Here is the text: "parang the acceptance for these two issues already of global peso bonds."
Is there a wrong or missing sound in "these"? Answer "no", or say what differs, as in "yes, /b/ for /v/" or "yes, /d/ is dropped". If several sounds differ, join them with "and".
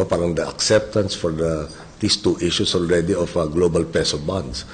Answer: yes, /s/ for /z/